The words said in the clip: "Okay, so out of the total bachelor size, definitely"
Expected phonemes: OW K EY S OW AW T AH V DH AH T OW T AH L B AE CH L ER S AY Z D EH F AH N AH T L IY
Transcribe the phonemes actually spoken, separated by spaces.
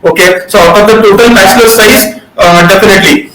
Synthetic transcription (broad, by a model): OW K EY S OW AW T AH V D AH T OW T AH L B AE S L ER S AY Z D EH F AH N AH T L IY